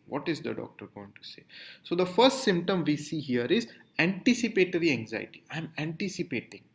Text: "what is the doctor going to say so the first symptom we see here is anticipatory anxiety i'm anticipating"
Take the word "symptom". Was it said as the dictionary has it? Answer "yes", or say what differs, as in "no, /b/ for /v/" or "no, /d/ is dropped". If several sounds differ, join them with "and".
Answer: yes